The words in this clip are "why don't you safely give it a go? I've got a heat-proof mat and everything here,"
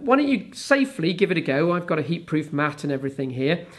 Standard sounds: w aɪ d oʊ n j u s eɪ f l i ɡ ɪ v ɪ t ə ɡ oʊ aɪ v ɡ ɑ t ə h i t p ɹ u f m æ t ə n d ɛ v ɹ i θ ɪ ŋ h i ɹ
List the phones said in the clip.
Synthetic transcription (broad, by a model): w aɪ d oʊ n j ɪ s eɪ f l i ɡ ɪ v ɪ t ə ɡ oʊ aɪ v ɡ ɑ t ə h i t p ɹ u f m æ t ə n ɛ v ɹ i θ ɪ ŋ h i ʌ